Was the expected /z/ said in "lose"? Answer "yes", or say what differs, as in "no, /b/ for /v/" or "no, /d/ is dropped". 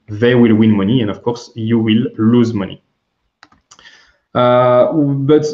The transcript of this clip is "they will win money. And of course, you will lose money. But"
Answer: yes